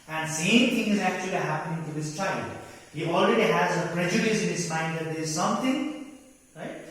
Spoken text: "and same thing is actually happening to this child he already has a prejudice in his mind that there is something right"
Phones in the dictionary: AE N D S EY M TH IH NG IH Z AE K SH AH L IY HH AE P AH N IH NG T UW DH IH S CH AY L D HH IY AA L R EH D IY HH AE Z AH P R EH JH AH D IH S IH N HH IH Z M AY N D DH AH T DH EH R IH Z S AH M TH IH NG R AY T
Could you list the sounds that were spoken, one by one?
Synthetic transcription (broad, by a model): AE N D S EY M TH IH NG IH Z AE K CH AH L IY HH AE P AH N IH NG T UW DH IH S CH AY L D HH IY AA L R EH D IY HH AE Z AH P R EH JH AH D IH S IH N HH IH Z M AY N D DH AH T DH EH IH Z S AH M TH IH NG R AY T